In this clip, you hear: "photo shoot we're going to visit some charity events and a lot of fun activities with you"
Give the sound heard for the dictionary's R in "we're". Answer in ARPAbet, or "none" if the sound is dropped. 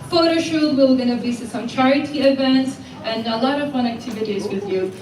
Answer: L